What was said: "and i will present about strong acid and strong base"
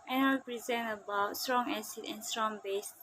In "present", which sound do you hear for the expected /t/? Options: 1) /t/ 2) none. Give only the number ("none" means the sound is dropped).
2